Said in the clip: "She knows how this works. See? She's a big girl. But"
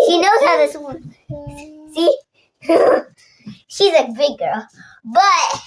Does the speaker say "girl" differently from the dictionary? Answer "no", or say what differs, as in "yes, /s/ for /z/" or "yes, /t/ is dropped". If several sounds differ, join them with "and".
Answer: no